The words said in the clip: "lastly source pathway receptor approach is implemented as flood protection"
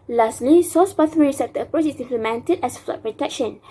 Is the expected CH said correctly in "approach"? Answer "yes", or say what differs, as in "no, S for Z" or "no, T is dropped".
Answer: no, S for CH